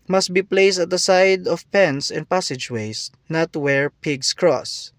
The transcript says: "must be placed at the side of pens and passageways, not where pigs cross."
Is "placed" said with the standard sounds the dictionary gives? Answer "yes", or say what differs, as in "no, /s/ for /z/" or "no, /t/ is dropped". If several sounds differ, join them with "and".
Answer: yes